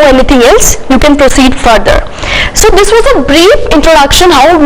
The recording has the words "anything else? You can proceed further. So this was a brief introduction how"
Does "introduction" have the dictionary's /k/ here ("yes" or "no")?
yes